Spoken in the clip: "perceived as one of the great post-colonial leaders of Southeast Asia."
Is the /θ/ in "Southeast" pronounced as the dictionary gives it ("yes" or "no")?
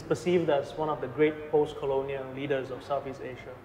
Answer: no